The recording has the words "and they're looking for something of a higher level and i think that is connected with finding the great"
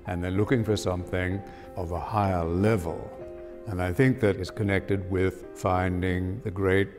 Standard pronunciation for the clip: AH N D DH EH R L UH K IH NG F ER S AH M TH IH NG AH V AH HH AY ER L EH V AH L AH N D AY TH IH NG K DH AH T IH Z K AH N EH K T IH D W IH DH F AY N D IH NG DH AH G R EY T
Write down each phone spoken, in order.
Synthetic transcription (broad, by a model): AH N DH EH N L UH K IH NG F ER S AH M TH IH NG AH V AH HH AY ER L EH V AH L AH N AY TH IH NG K DH AH T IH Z K AH N EH K T IH D W IH DH F AY N D IH NG DH AH G R EY T